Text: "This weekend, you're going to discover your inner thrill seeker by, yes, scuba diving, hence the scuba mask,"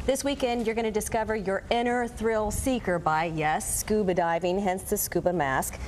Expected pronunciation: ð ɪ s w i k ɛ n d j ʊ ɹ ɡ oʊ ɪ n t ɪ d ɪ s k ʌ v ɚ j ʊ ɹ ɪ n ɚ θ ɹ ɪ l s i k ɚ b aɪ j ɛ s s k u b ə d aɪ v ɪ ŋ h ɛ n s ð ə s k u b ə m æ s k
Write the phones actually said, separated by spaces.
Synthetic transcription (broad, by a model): ð ɪ s w i k ɛ n d j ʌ ɹ ɡ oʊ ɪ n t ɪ d ɪ s k ʌ v ɚ j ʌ ɹ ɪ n ɚ θ ɹ ɪ l s i k ɚ b aɪ j ɛ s s k u b ə d aɪ v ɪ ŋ h ɛ n s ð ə s k u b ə m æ s k